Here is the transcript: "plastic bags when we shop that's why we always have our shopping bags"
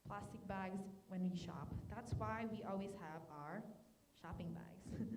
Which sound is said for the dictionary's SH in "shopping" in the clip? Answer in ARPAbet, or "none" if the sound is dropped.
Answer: SH